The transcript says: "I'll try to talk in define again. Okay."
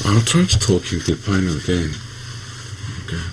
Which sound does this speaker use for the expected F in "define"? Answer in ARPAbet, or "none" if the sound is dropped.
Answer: P